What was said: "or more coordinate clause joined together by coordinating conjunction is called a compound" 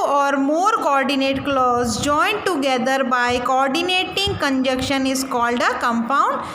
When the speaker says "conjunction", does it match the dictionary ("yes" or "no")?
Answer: no